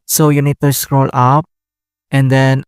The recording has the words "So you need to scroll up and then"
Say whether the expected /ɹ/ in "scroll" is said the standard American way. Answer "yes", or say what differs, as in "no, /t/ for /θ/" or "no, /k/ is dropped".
yes